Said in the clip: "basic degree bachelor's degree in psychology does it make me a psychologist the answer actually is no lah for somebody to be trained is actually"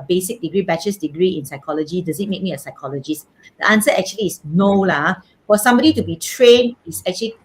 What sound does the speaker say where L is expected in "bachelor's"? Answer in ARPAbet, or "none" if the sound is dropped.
none